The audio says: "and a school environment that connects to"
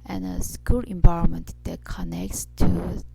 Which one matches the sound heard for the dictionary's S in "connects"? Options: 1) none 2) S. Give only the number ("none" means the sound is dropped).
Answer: 2